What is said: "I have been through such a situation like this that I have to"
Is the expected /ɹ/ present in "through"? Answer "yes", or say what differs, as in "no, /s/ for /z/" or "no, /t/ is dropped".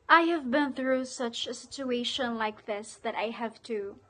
yes